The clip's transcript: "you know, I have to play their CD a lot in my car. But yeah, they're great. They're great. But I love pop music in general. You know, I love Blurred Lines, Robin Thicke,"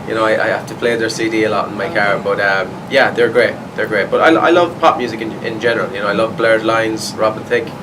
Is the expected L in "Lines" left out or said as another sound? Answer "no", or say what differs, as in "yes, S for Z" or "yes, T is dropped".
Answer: no